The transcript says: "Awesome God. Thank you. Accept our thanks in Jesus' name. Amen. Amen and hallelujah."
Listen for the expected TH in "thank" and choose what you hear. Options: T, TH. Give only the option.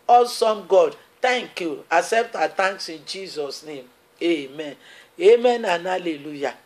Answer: T